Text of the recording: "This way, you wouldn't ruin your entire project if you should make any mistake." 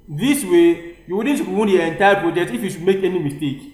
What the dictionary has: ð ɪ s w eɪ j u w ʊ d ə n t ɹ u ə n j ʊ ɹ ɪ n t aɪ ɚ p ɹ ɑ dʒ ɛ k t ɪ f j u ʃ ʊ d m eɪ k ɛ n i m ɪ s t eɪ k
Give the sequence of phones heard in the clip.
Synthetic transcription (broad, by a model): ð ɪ s w eɪ j u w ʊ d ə n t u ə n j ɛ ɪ n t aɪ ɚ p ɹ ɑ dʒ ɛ t ɪ f j u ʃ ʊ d m eɪ k ɛ n i m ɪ s t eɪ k